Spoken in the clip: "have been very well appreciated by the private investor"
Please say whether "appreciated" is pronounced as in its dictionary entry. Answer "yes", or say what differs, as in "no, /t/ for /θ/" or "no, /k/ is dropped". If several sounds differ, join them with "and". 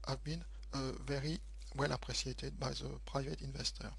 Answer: no, /s/ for /ʃ/